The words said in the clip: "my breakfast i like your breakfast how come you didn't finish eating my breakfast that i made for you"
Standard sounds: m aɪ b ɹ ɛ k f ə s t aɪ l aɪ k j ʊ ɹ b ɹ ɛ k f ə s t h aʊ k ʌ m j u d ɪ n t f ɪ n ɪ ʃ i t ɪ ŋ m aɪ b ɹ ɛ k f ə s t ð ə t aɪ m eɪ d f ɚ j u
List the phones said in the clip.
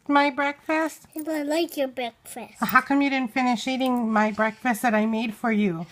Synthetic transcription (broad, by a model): m aɪ b ɹ ɛ k f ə s t aɪ l aɪ k j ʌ ɹ b ɹ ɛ k f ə s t h aʊ k ʌ m j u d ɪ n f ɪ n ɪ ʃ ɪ t ɪ ŋ m aɪ b ɹ ɛ k f ə s t ð ə t aɪ m eɪ d f ɚ j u